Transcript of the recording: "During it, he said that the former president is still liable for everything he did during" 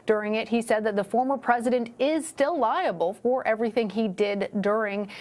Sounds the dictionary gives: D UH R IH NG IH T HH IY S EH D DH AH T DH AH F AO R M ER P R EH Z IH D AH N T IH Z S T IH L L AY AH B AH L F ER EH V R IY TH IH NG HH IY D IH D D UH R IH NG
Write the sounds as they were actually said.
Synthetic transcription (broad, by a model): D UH R IH NG IH T HH IY S EH D DH AH T DH AH F AO R M ER P R EH Z IH D AH N T IH Z S T IH L L AY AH B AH L F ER EH V R IY TH IH NG IY D IH D D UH R IH NG